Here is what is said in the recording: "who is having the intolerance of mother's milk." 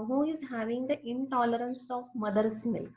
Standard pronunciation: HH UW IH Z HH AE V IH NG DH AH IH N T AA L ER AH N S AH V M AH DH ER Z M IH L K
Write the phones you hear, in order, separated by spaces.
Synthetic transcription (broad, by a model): HH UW IH Z HH AE V IH NG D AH IH N T AA L ER AH N S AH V M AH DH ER S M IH L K